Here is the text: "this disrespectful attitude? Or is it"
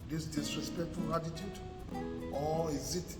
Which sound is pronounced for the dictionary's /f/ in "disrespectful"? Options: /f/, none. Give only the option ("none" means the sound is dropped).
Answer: none